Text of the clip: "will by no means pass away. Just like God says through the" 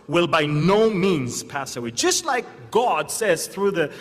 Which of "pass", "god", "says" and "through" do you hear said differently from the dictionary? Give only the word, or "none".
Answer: none